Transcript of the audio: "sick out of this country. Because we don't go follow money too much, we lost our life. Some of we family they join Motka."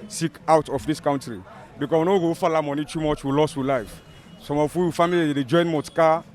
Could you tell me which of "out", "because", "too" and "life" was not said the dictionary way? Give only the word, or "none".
because